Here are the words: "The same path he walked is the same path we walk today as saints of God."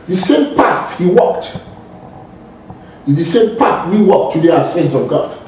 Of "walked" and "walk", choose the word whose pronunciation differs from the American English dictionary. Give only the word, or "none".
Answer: none